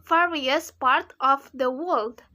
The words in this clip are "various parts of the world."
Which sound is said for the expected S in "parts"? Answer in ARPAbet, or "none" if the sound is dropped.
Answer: none